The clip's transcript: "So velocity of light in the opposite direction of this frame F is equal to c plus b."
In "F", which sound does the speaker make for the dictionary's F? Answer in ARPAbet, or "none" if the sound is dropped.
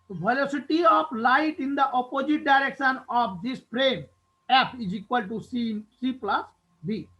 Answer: P